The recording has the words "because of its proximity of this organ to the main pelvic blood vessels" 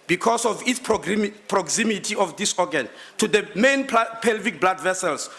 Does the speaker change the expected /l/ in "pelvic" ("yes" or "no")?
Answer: no